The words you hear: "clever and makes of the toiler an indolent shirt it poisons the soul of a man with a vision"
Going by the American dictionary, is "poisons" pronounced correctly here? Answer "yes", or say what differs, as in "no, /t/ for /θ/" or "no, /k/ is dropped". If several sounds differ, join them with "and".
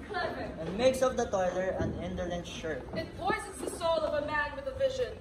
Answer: no, /s/ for /z/ and /n/ is dropped